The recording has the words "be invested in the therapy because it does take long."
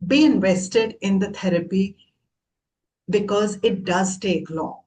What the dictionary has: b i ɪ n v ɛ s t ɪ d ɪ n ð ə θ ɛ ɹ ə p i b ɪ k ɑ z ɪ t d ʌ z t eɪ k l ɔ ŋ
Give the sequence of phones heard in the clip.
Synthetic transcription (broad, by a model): b i ɪ n v ɛ s t ɪ d ɪ n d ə t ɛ ɹ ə p i b ɪ k ɑ z ɪ t d ʌ z t eɪ k l ɔ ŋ